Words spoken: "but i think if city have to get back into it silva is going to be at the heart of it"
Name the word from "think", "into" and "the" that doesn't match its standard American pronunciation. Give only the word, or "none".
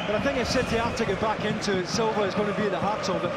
none